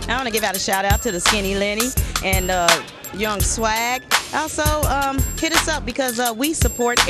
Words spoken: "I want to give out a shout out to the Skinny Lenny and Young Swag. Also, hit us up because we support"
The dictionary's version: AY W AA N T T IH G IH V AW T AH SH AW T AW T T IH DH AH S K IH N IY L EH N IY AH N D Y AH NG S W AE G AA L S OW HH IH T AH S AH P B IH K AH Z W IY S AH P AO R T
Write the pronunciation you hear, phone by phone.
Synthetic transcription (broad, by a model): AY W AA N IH G IH V AW T AH SH AW T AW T T IH DH AH S K IH N IY L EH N IY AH N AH Y AH NG S W AE G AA L S OW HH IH T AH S AH P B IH K AH Z W IY S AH P AO R T